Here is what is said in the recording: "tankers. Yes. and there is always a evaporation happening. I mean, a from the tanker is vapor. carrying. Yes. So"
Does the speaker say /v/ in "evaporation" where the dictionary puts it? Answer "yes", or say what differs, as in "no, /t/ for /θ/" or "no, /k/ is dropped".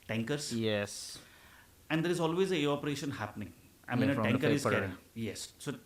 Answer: no, /v/ is dropped